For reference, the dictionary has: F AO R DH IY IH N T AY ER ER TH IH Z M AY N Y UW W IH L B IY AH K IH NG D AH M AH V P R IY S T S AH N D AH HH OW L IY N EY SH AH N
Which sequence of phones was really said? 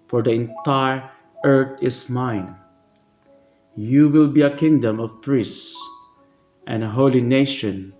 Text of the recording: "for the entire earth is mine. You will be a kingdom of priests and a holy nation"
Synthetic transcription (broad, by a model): F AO R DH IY IH N T AY ER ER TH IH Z M AY N Y UW W IH L B IY AH K IH NG D AH M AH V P R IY S S S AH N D AH HH OW L IY N EY SH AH N